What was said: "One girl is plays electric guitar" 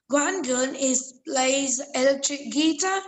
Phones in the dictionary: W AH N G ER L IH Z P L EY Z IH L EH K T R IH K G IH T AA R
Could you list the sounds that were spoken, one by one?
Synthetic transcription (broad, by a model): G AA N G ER N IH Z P L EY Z IH L EH K T R IH K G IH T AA